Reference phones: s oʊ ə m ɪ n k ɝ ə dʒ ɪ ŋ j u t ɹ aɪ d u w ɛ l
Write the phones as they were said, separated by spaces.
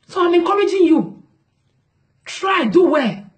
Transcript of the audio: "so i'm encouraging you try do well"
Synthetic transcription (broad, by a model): s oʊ ə m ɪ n k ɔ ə dʒ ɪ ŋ j u t ɹ aɪ d u w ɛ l